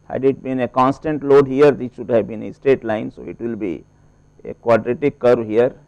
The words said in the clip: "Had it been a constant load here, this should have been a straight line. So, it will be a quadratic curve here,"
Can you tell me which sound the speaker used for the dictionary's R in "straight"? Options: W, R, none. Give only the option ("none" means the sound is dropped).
none